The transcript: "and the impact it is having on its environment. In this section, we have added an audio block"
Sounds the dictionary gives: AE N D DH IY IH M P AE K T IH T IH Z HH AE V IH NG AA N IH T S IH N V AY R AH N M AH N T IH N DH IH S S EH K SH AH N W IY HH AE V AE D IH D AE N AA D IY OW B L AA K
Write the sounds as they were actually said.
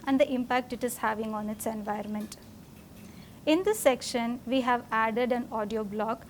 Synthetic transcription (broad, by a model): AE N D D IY IH M P AE K T IH T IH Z HH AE V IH NG AA N IH T S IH N V AY AH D M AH N T IH N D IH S S EH K SH AH N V IY HH AE V AE D IH D AE N AA D IY OW B L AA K